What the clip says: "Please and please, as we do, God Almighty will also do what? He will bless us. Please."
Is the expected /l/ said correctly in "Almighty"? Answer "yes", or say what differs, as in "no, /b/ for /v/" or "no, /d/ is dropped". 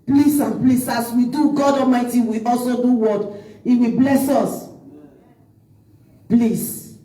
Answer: no, /l/ is dropped